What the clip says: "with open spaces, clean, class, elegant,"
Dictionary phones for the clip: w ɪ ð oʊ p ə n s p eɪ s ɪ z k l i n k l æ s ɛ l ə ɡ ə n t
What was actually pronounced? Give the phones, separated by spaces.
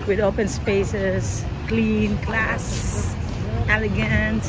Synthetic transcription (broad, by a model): w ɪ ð oʊ p ə n s p eɪ s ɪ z k l i n k l æ s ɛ l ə ɡ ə n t